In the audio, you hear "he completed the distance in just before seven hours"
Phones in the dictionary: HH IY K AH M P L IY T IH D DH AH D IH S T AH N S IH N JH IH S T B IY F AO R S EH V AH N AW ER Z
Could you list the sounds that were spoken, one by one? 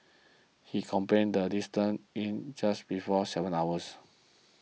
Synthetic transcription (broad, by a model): HH IY K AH M P EH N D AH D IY S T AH N IH N JH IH S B IY F AO S EH V AH N AW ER S